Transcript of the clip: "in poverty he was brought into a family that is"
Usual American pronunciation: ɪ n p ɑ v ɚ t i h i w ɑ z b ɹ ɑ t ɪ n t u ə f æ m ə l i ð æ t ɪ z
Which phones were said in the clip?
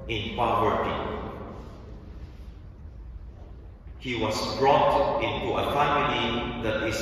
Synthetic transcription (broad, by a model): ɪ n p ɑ w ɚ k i h i w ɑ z b ɹ ɑ t ɪ n t u ə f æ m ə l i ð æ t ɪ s